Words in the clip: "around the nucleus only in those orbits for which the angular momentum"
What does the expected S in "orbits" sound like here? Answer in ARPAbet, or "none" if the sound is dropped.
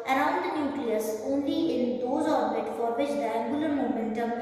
none